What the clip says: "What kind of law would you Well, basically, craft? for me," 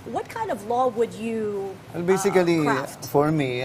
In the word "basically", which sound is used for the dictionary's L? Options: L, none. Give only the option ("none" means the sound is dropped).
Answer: none